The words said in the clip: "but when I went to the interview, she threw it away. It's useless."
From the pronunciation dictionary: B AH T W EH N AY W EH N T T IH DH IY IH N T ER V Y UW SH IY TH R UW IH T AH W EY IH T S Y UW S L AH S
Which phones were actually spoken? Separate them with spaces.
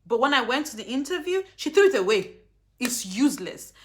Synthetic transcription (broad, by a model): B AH T W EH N AY W EH N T T IH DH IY IH N T ER V Y UW SH IY TH R UW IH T AH W EY IH T S Y UW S L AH S